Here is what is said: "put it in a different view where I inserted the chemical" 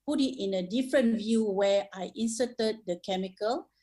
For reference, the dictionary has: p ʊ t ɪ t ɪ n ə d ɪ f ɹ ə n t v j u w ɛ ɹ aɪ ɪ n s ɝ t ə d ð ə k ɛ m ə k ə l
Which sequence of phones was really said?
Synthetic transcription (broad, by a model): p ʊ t ɪ t ɪ n ə d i f ɹ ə n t v j u w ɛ aɪ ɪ n s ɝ t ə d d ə k ɛ m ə k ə l